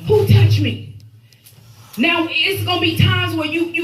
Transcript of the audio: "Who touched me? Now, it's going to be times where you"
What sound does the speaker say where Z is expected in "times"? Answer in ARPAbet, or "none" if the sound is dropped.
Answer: Z